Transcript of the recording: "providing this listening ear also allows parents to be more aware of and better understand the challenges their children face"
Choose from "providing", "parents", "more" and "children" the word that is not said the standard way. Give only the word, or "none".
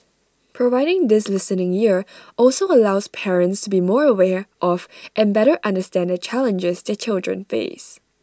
none